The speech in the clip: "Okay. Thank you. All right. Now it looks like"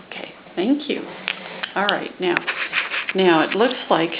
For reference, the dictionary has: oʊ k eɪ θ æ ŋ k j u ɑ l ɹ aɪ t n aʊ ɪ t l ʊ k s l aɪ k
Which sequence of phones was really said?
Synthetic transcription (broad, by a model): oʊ k eɪ θ æ ŋ k j u ɑ l ɹ aɪ t n aʊ ɪ t l ʊ k s l aɪ k